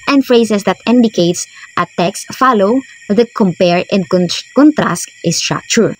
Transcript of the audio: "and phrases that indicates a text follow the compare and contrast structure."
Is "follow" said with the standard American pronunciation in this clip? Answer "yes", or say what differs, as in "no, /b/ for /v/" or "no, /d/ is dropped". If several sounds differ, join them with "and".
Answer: yes